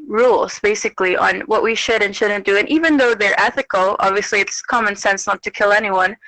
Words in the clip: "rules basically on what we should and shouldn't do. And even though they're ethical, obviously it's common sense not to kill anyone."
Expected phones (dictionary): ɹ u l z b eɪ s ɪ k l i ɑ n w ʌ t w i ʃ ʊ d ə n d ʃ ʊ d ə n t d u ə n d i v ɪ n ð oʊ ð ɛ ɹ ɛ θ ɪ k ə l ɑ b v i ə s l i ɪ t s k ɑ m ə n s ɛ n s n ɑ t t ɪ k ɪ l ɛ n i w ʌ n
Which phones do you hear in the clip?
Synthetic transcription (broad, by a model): ɹ u l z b eɪ s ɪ k l i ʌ n w ʌ t w i ʃ ʊ d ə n ʃ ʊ d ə n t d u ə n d i v ɪ n ð oʊ ð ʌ ɹ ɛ θ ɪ k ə l ɑ b v i ə s l i ɪ t s k ɑ m ə n s ɛ n s n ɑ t t ɪ k ɪ l ɛ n i w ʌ n